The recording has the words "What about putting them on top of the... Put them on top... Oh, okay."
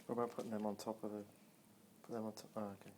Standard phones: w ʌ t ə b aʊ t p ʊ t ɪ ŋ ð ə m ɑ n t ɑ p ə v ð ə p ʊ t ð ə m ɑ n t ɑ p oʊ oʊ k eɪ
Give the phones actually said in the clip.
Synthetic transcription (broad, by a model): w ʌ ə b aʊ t p ʊ t ɪ ŋ ð ə m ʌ n t ɑ p ə v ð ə p ʊ t ð ə m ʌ n t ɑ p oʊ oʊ k eɪ